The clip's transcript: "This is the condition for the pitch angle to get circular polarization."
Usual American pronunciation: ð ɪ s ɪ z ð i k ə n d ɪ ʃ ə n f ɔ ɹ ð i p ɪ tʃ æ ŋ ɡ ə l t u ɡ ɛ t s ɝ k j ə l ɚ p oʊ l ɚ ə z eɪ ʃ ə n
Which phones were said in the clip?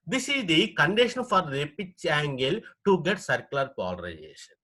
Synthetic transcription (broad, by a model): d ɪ s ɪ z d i k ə n d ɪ ʃ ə n f ɔ ɹ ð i p ɪ tʃ æ ŋ ɡ ə l t u ɡ ɛ t s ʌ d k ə l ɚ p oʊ l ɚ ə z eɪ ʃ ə n